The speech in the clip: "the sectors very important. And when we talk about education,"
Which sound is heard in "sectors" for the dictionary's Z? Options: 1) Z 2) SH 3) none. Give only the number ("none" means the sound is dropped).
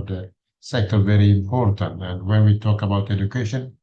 3